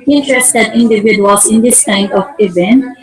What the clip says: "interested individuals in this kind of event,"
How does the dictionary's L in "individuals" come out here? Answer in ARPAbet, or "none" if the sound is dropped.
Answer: none